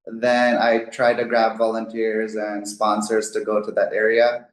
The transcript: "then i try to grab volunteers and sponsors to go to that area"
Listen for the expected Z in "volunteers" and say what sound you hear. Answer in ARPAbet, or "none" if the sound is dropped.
Z